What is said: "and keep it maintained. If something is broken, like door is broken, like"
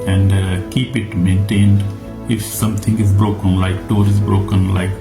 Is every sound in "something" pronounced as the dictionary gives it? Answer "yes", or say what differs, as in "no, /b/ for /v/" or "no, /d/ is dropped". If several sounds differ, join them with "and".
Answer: no, /t/ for /θ/